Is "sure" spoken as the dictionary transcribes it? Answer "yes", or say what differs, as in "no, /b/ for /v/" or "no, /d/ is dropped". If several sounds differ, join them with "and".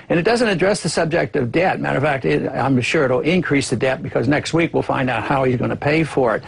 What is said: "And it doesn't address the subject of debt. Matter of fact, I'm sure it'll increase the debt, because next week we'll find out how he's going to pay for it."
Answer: yes